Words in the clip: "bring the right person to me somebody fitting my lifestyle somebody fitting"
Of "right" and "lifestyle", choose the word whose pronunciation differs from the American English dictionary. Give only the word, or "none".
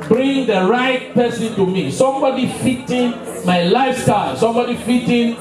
none